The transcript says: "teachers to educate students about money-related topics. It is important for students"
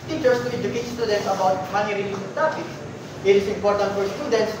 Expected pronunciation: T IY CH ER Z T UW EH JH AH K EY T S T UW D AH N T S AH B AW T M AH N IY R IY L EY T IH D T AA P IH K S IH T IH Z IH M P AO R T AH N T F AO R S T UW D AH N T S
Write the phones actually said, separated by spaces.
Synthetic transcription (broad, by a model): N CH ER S T UW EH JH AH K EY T S T UW D AH N T S AH B AW T M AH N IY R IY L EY S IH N T AA P IH K S IH T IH S IH M P AO R T AH N T F AO R S T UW D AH N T S